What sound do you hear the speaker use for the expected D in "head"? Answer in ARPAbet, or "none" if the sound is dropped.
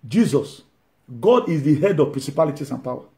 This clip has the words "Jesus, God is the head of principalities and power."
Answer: D